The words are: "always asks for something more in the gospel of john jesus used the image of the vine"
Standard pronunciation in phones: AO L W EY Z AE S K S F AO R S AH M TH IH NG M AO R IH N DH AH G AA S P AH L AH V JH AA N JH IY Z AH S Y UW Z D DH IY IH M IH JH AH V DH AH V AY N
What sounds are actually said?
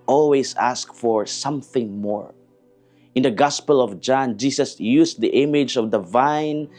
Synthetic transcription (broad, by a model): AO L W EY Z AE S K F AO R S AH M TH IH NG M AO R IH N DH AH G AA S P AH L AH V JH AA N JH IY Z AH S Y UW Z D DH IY IH M IH JH AH V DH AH V AY N